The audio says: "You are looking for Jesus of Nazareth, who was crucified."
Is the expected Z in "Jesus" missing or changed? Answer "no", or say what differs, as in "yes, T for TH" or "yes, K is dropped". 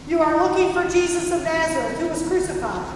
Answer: no